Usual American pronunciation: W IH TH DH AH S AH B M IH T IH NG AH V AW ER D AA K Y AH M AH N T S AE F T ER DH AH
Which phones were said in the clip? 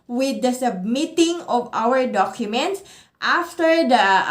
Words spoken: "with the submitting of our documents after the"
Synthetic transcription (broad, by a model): W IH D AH S AH B M IH T IH NG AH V AW ER D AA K Y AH M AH N T S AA F T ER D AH